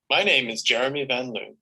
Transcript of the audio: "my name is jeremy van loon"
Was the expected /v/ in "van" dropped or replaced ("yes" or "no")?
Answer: no